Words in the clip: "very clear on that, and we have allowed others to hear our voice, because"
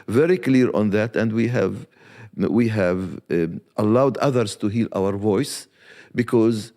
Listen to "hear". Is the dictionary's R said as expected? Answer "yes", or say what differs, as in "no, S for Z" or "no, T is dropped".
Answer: no, L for R